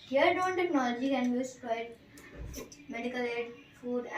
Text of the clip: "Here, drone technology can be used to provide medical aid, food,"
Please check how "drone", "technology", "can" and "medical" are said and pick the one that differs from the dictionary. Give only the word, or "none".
drone